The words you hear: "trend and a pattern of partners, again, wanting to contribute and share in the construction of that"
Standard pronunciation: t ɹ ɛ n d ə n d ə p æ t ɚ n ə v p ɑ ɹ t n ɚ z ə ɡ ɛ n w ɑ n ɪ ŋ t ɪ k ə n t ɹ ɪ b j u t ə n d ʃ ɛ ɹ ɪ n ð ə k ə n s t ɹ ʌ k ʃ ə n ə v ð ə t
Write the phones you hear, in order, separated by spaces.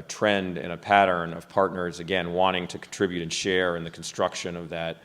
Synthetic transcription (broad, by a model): t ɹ ɛ n d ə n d ə p æ t ɚ n ə v p ɑ ɹ t n ɚ z ə ɡ ɛ n w ɑ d ɪ ŋ t ɪ k n t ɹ ɪ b j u t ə n ʃ ɛ ɹ ɪ n ð ə k n s t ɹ ʌ k ʃ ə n ə v ð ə t